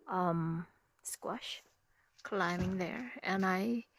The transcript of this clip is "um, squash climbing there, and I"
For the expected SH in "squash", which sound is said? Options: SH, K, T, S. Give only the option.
SH